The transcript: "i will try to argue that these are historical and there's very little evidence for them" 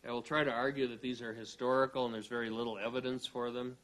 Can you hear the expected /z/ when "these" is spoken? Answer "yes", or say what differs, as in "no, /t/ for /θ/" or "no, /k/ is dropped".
yes